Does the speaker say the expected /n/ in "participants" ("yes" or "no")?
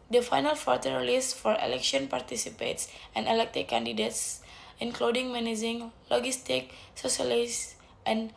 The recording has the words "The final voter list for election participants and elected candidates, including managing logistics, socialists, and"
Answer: no